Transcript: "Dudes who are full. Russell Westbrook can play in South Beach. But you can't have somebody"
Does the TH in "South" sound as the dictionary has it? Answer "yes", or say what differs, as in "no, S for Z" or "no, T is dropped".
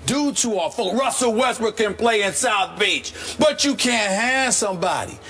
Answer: yes